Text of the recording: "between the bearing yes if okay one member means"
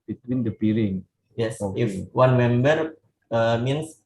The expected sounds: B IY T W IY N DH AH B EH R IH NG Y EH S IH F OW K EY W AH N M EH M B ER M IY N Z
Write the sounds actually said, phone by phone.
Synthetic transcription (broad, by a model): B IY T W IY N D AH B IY L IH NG Y EH S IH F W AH N M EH M B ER M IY N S